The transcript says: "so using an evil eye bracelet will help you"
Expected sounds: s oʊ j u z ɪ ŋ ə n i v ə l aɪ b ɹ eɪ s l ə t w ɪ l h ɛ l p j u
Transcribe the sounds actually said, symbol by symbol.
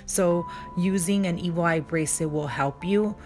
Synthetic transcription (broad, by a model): s oʊ j u z ɪ ŋ ə n i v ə l aɪ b ɹ eɪ s ə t w ɪ l h ɛ l p j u